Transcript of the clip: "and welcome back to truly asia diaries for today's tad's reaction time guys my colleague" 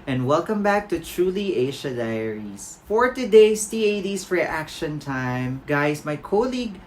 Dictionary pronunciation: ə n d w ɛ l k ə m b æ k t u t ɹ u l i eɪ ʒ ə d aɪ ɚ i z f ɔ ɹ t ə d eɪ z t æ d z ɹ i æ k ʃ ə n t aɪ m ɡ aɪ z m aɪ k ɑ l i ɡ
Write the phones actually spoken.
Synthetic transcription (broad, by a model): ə n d w ɛ l k ə m b æ k t u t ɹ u l i eɪ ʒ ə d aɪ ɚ i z f ɔ ɹ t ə d eɪ s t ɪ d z ɹ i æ k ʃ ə n t aɪ m ɡ aɪ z m aɪ k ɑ l i ɡ